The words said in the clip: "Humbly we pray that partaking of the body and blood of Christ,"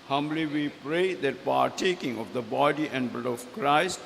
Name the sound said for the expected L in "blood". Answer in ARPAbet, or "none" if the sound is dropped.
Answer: none